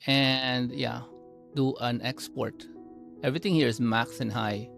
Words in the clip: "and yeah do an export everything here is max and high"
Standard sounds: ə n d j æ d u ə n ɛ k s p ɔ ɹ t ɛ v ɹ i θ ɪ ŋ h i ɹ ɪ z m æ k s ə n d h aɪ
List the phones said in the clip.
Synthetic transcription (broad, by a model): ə n d j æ d u ə n ɛ k s p ɔ ɹ t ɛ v ɹ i t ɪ ŋ h i ɹ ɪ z m æ k s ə n h aɪ